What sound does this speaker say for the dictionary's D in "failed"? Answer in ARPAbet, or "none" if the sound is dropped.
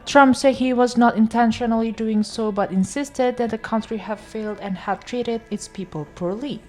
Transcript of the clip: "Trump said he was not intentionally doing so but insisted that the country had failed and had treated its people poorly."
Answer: D